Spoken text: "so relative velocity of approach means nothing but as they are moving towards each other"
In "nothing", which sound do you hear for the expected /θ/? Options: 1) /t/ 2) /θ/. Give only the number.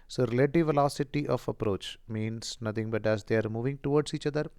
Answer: 1